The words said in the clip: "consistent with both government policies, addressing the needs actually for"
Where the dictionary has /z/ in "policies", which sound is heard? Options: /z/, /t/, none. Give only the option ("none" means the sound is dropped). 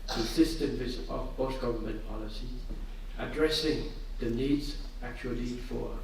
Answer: none